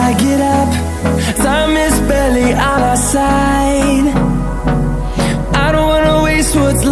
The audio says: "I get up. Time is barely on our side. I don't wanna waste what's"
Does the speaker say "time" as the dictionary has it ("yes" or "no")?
no